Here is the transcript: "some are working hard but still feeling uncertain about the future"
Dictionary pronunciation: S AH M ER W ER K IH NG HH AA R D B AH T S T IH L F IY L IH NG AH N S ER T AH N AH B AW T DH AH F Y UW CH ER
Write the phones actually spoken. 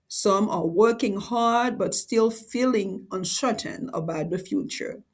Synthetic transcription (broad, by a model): S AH M ER W ER K IH NG HH AA R D B AH T S T IH L F IY L IH NG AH N SH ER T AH N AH B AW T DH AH F Y UW CH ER